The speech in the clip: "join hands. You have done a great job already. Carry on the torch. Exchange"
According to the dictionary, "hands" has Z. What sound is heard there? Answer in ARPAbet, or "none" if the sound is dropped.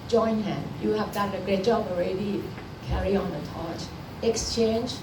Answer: none